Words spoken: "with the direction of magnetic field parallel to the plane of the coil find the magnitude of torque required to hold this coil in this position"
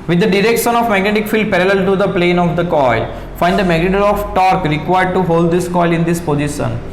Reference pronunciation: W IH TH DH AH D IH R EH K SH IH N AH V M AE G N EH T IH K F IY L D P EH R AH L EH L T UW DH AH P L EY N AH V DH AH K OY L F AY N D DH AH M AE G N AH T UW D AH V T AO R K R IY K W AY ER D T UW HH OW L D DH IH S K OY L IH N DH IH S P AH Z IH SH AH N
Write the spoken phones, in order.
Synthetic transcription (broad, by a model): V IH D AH D IH R EH K SH IH N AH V M AE G N EH T IH K F IY L D P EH R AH L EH L T UW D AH P L EY N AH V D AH K OY L F AY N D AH M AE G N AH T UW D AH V T AO R K R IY K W AY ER D T UW HH OW L D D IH S K OY L IH N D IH S P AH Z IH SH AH N